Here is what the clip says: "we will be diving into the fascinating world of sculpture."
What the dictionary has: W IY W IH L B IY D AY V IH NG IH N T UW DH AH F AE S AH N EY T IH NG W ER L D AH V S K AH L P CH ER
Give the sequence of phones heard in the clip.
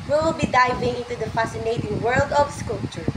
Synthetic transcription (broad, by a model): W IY W IH L B IY D AY V IH NG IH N T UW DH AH F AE S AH N EY T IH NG W ER L D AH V S K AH L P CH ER